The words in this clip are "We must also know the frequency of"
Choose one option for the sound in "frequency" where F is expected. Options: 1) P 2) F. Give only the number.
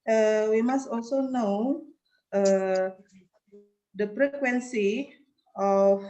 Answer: 1